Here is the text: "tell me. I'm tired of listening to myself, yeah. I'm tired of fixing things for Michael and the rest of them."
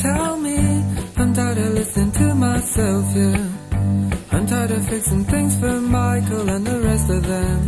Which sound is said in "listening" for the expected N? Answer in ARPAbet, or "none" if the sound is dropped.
none